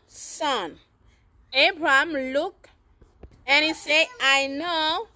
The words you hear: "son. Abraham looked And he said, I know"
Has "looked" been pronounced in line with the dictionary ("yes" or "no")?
no